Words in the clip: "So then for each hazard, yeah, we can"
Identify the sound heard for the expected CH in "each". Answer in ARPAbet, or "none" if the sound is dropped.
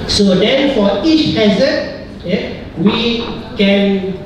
CH